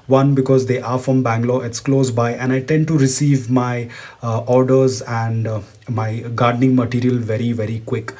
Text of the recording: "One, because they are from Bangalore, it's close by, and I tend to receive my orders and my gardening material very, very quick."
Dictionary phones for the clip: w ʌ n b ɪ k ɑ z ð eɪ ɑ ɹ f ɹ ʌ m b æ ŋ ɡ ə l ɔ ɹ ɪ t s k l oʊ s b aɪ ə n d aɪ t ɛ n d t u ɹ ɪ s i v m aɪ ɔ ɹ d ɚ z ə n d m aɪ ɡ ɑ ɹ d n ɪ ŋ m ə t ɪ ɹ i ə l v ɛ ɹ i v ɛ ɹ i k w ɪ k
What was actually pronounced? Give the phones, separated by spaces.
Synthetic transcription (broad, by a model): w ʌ n b ɪ k ɑ z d eɪ ɑ ɹ f ɹ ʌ m b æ ŋ ɡ l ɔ ɪ t s k l oʊ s b aɪ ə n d aɪ t ɛ n d t u ɹ ɪ s i v m aɪ ɔ ɹ d ɚ z ə n d m aɪ ɡ ɑ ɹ d n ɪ ŋ m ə t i ɹ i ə l v ɛ ɹ i v ɛ ɹ i k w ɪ k